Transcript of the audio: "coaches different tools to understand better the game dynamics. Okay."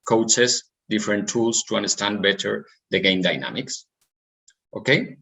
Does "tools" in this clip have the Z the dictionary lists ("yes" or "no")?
no